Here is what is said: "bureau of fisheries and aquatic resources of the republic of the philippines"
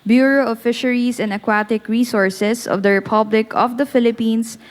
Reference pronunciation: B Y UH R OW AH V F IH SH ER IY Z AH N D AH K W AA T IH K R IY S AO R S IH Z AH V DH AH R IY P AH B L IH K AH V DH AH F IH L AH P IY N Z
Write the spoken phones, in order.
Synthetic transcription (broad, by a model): B Y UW R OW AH F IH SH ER IY S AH N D AH K W AA T IH K R IY S AO R S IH S AH V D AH R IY P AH B L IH K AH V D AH F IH L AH P IY N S